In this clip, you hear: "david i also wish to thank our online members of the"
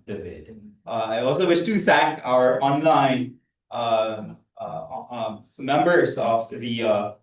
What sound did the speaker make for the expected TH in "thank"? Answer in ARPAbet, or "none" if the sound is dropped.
S